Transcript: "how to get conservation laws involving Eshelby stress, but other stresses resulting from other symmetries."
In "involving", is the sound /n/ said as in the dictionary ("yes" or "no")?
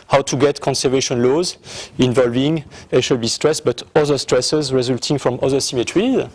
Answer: yes